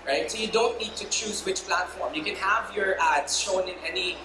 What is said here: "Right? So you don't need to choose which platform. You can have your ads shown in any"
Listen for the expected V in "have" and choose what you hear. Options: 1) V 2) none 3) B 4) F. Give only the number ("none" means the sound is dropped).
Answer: 1